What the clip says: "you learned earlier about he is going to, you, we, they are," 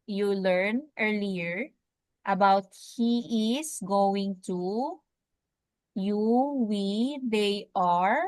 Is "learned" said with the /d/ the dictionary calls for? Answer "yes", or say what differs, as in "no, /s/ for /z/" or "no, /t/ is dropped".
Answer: no, /d/ is dropped